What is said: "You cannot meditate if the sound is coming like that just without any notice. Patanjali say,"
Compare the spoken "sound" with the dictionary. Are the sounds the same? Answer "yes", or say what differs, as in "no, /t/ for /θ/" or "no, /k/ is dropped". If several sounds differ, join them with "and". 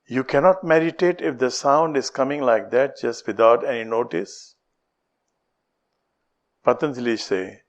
yes